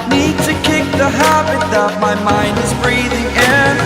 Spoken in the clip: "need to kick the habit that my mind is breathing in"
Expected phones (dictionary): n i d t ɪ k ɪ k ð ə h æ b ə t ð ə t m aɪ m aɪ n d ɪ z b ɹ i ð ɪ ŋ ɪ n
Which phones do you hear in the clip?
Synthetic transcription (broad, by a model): n i d t ɪ k ɪ k ð ə h æ b ə t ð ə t m aɪ m aɪ n d ɪ z b ɹ i ð ɪ ŋ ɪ n